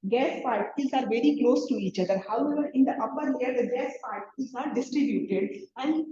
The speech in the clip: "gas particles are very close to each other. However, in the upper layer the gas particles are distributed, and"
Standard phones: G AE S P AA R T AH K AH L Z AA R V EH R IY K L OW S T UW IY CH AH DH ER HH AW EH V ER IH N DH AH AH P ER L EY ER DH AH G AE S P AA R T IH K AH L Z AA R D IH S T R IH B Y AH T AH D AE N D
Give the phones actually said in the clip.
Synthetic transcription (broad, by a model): G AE S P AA R T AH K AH L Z AA R V EH R IY K L OW S T UW IY CH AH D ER HH AW EH V ER IH N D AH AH B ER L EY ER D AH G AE S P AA R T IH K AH L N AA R D IH S T R IH B Y AH T AH D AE N D